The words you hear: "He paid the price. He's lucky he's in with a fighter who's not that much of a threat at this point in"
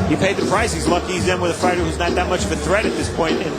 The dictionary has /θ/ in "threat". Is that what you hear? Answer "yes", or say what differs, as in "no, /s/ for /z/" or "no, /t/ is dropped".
yes